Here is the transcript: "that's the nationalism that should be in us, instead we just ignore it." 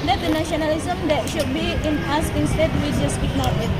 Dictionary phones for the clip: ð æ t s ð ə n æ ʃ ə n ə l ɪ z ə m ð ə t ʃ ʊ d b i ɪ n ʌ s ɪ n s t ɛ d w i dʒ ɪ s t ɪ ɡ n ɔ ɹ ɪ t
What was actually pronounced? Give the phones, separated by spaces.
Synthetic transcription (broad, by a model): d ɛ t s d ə n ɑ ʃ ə n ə l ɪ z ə m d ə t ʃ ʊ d b i ɪ n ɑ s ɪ n s t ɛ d w i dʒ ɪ s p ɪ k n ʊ w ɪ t